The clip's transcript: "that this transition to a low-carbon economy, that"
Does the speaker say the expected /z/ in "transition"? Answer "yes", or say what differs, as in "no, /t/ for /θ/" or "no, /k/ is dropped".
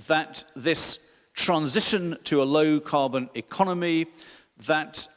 yes